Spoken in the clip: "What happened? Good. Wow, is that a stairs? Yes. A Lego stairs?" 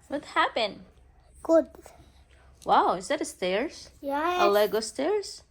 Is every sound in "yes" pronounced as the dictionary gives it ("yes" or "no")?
no